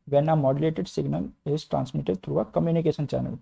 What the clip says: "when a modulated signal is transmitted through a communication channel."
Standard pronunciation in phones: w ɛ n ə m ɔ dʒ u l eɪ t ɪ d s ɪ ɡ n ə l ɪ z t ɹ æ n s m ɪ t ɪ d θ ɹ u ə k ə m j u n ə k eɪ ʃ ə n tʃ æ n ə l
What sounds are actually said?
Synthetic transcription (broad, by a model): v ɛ n ə m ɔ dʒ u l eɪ t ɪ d s ɪ ɡ n ə l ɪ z t ɹ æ n s m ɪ t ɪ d t ɹ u ə k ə m j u n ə k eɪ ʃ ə n tʃ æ n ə l